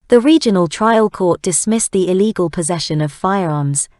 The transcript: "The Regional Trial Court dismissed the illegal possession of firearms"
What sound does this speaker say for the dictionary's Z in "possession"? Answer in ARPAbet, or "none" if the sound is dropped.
Z